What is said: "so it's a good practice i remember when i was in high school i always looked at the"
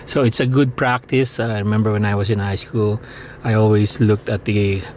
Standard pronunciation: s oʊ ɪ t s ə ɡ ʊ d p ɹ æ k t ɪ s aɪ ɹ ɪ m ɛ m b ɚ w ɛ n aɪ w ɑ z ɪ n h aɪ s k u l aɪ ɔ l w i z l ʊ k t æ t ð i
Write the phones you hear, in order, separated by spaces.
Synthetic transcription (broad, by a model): s oʊ ɪ t s ə ɡ ʊ d p ɹ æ k t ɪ s aɪ ɹ ɪ m ɛ m b ɚ w ɛ n aɪ w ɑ s ɪ n h aɪ s k u l aɪ ɔ l w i s l ʊ k t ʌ t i